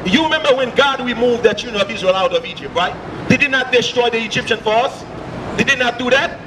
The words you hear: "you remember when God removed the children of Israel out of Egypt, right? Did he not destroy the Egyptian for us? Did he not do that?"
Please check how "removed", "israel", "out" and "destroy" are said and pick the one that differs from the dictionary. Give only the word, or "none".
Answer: removed